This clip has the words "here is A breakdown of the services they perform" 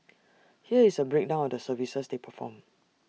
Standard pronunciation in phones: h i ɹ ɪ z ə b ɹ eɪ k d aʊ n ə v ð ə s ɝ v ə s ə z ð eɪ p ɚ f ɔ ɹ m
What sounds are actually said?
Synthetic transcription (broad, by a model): h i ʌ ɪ s ə b ɹ eɪ k d aʊ n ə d ə s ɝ v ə s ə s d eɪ p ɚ f ɔ m